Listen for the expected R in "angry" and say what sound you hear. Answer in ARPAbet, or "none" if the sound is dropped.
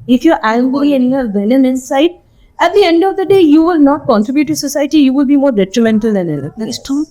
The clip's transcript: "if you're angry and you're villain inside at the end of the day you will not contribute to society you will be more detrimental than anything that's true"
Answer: none